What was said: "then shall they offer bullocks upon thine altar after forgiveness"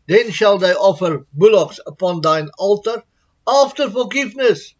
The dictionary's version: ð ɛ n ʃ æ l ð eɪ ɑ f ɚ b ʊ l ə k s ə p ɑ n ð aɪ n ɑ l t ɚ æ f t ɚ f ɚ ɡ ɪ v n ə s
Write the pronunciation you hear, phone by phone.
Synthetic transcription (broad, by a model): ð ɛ n ʃ æ l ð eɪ ɑ f ɚ b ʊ l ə k s ə p ɑ n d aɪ n ɑ l t ɚ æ f t ɚ f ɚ ɡ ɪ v n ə s